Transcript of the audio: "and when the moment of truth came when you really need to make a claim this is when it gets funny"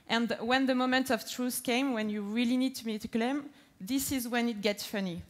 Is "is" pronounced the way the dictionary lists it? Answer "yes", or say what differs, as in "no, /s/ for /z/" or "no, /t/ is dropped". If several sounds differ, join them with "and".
yes